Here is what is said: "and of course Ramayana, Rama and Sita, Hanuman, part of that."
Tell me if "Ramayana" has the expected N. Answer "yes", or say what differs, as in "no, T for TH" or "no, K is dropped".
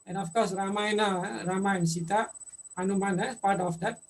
no, N is dropped